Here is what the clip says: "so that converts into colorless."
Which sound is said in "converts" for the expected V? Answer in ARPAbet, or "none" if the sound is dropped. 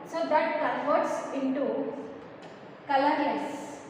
F